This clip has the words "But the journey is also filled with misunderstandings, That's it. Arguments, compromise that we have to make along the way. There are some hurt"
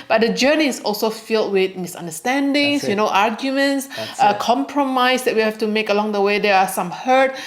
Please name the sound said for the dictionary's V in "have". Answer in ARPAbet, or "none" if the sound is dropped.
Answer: F